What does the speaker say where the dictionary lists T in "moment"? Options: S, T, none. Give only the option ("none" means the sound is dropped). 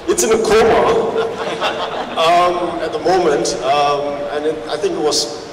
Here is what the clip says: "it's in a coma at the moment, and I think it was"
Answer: T